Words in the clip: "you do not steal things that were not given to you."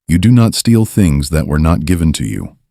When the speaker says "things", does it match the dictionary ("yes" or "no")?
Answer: yes